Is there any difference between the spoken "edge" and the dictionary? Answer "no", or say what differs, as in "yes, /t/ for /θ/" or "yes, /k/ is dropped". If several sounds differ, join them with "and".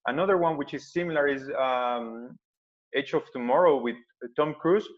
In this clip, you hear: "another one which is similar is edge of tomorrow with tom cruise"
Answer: yes, /tʃ/ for /dʒ/